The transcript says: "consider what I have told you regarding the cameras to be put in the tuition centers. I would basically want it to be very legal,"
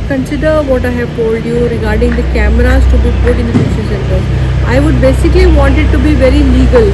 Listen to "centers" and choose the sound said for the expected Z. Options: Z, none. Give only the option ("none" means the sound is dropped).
none